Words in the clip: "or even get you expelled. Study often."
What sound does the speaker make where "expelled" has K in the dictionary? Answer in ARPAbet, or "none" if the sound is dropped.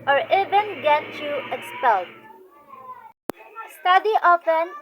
none